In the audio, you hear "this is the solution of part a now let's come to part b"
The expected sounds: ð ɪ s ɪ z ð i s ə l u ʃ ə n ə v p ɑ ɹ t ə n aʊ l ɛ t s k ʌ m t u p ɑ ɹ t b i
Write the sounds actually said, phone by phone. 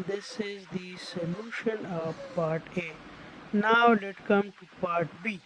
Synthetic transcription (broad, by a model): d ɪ s ɪ z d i s ə l u ʃ ə n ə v p ɑ ɹ t ə n aʊ l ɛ t k ʌ m t u p ɑ ɹ t b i